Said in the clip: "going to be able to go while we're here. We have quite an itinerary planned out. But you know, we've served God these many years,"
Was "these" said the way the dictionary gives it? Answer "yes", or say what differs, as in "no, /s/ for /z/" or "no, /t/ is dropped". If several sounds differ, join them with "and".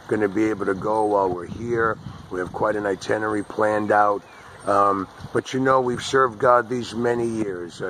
yes